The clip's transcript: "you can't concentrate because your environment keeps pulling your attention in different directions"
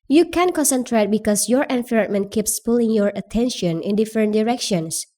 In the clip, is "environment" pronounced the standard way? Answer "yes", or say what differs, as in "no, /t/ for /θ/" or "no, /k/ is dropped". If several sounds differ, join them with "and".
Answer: no, /f/ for /v/